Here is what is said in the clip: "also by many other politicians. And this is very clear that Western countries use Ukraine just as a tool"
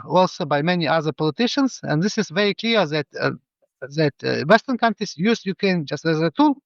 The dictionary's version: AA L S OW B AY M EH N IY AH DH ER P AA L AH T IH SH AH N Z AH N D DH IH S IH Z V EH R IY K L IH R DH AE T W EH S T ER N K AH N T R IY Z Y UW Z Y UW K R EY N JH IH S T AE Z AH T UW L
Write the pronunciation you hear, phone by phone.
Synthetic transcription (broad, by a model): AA L S OW B AY M EH N IY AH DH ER P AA L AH T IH SH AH N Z AH N D DH IH S IH Z V EH R IY K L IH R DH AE T W EH S T ER N K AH N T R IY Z Y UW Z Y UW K EY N JH IH S T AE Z AH T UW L